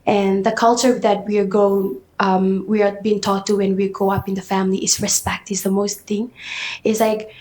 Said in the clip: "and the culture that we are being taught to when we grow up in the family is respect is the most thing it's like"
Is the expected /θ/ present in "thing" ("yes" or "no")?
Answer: yes